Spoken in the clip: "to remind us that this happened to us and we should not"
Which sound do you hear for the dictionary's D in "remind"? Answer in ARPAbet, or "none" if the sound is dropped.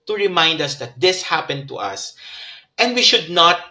D